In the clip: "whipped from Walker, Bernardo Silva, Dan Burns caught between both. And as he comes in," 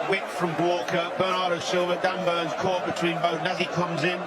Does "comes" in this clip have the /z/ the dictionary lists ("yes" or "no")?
yes